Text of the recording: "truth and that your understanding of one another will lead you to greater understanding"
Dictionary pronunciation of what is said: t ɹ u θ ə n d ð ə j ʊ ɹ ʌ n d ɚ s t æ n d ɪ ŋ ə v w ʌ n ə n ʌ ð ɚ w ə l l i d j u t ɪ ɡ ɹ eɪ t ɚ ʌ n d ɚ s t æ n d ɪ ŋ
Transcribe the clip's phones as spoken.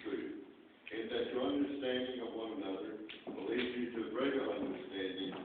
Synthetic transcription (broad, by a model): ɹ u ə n ð ə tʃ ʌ ɹ ʌ n d ɚ s t æ n d ɪ ŋ ə v w ʌ n ə n ʌ ð ɚ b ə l l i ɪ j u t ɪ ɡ ɹ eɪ t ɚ ʌ n d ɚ s t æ n d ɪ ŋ